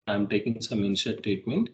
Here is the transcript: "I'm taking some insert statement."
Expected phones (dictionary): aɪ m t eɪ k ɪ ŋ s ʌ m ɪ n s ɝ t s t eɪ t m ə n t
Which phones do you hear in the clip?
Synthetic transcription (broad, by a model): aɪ m t eɪ k ɪ ŋ s ʌ m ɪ n ʃ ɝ t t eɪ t m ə n t